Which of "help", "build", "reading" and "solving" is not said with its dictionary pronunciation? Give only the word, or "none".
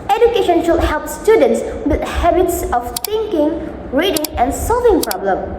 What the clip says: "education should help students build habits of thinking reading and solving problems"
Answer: build